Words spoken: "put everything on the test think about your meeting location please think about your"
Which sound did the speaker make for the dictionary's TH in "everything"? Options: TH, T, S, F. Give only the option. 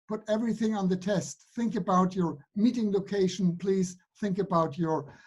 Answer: TH